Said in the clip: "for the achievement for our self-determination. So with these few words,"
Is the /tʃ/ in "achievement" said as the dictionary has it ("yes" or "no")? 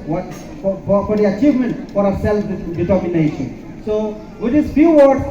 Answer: yes